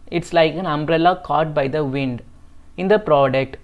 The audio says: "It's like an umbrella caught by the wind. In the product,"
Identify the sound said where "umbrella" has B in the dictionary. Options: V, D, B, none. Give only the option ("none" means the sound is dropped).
B